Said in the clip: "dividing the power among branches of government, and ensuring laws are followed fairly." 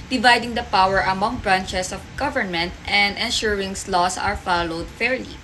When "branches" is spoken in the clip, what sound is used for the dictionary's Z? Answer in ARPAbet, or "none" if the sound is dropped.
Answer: S